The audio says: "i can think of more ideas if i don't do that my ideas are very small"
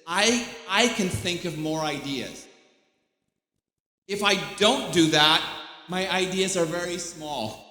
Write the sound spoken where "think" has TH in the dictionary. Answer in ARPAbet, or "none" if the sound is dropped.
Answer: TH